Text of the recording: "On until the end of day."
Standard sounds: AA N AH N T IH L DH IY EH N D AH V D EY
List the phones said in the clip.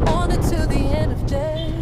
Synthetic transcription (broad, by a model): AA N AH T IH DH IY EH N D AH V D EY